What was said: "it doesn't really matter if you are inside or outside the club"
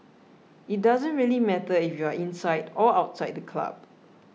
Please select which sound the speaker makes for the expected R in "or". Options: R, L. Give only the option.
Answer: L